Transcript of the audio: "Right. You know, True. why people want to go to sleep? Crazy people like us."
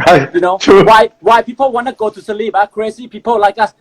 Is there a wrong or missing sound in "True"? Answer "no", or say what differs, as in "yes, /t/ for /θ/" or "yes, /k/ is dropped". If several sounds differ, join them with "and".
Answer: yes, /w/ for /ɹ/